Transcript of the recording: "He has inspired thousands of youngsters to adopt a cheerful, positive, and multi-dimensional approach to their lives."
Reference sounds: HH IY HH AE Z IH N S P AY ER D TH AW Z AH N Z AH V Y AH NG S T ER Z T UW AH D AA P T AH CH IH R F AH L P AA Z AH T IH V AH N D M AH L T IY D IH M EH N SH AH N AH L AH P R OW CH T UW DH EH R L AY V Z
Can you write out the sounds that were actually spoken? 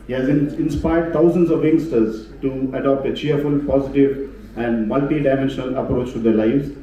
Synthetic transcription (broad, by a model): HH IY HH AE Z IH N S P AY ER D T AW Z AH N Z AH V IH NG S T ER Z T UW AH D AA P T AH CH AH R F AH L P AA Z AH T IH V AH N D M AH L T IY D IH M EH N SH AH N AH L AH P R OW CH T UW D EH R L AY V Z